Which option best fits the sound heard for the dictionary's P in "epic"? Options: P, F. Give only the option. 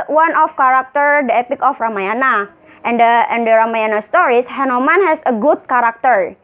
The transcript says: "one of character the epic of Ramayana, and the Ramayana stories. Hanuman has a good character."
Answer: P